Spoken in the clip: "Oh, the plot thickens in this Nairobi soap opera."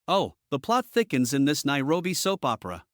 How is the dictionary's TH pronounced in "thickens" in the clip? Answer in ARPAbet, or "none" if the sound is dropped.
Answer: TH